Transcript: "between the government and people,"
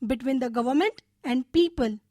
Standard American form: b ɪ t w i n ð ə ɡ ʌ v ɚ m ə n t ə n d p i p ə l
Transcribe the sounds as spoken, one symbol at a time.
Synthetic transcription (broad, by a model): b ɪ t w i n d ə ɡ ʌ v ɚ m ə n t ə n d p i p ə l